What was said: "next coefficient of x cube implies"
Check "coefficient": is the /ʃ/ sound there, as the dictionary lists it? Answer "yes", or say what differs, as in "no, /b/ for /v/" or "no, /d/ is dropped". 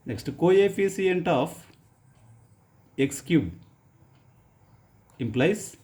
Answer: no, /s/ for /ʃ/